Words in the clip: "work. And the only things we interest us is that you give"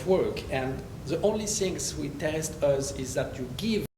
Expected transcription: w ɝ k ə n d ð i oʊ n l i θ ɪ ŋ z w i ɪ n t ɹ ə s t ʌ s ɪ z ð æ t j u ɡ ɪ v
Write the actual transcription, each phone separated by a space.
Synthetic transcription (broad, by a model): w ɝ k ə n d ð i oʊ n l i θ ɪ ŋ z w i t ə s t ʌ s ɪ z ð æ t j u ɡ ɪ v